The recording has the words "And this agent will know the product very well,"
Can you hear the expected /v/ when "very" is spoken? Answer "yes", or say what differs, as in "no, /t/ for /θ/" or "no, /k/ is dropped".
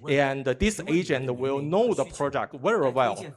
no, /w/ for /v/